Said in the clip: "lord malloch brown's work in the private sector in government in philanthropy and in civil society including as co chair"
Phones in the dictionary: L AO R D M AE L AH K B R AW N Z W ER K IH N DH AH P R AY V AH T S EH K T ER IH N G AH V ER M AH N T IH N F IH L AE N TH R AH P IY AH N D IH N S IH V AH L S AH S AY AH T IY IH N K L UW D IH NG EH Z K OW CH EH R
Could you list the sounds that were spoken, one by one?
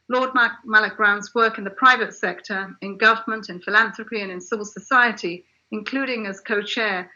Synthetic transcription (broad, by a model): L AO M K M AE L AH K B R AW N Z W ER K IH N DH AH P R AY V AH T S EH K T ER IH N G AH V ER M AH N T IH N F IH L AE N TH R AH P IY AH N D IH N S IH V L S AH S AY AH T IY IH N K L UW D IH NG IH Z K OW CH EH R